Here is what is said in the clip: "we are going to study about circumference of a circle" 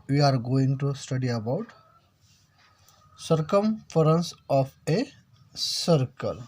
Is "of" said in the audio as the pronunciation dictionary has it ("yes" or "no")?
no